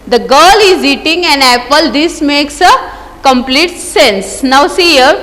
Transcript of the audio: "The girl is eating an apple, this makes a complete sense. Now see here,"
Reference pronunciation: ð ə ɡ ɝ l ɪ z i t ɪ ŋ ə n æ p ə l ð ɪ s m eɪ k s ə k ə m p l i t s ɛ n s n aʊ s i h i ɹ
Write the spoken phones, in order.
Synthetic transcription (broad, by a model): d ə ɡ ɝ l ɪ z i t ɪ ŋ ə n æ p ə l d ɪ s m eɪ k s ə k ə m p l i t s ɛ n s n aʊ s i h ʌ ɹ